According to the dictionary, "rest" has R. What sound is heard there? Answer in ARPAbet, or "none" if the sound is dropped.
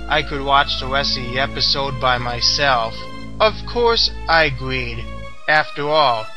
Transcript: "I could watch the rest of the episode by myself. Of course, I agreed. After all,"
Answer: W